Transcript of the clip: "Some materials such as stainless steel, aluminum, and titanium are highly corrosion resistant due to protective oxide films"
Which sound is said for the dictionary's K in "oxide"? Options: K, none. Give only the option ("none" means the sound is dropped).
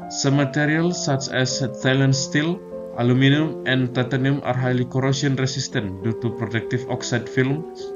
K